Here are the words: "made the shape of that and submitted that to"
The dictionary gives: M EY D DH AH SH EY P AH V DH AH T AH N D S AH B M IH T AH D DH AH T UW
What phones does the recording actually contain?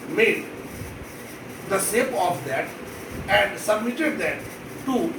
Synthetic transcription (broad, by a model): M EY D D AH S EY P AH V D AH T AH N D S AH B M IH T AH D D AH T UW